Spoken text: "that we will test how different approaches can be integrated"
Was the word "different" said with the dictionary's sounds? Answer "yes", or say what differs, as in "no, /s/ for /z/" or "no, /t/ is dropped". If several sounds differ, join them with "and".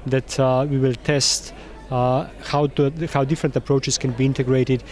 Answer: yes